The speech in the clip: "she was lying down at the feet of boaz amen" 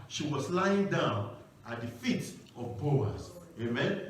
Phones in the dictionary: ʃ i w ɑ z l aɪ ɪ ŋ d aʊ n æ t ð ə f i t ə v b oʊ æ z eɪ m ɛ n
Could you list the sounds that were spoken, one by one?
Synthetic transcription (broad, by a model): ʃ i w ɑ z l aɪ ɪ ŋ d aʊ n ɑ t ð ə f i t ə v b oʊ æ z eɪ m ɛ n